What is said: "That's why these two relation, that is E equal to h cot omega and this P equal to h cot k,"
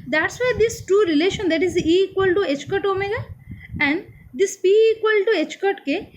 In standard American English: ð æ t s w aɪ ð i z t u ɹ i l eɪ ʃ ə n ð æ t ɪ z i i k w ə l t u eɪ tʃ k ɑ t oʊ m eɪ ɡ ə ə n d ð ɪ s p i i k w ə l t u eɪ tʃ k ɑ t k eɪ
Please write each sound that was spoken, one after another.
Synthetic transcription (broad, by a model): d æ t s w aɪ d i s t u ɹ i l eɪ ʃ ə n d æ t ɪ z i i k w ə l t u eɪ tʃ k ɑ t oʊ m eɪ ɡ ə ə n d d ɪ s b i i k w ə l t u eɪ tʃ k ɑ t k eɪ